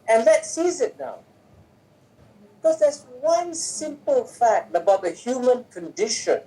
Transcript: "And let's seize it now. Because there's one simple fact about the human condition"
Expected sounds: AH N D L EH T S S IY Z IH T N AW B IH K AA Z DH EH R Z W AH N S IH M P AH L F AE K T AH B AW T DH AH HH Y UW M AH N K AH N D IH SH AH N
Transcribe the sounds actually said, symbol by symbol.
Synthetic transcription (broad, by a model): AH N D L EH T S S IY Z IH T N AW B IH K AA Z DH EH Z W AH N S IH M P AH L F AE K T AH B AW T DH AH HH Y UW M AH N K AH N D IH SH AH N